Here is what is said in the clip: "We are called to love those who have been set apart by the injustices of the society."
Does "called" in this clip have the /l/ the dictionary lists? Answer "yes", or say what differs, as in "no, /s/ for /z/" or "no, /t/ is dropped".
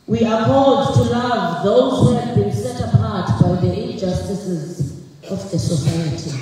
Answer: no, /l/ is dropped